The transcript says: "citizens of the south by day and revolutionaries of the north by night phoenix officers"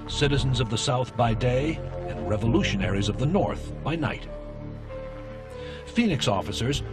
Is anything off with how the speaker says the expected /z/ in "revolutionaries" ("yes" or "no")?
no